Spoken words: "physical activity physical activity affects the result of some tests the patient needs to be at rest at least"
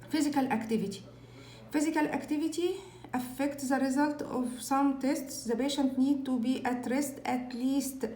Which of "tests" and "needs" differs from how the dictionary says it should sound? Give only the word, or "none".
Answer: needs